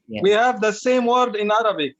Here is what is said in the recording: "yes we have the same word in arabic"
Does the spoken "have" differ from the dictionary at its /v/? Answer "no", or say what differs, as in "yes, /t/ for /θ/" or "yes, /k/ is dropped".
no